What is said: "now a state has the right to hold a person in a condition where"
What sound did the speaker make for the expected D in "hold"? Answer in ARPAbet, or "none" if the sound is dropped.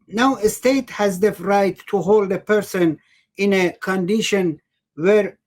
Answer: D